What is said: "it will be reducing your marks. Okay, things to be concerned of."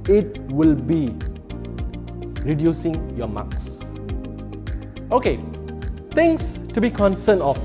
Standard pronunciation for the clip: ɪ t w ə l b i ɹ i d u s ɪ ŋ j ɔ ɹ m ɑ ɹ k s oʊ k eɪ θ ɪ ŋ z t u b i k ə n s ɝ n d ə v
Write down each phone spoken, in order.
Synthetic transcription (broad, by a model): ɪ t w ə l b i ɹ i d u s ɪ ŋ j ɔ m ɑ k s oʊ k eɪ t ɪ ŋ s t u b i k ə n s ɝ n ə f